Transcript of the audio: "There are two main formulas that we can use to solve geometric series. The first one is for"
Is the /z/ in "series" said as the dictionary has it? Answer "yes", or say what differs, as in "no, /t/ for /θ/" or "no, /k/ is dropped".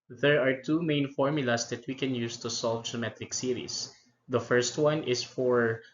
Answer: no, /s/ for /z/